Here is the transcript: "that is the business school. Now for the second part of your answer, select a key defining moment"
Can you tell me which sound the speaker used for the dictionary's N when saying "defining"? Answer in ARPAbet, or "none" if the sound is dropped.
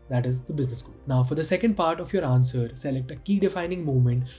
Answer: N